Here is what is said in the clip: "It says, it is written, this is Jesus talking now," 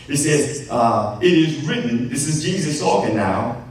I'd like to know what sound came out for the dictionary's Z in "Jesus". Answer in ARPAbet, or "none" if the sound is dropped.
Z